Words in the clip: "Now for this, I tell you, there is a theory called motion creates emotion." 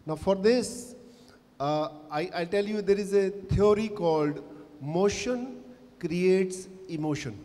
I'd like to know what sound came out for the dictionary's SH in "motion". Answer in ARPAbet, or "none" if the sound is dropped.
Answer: SH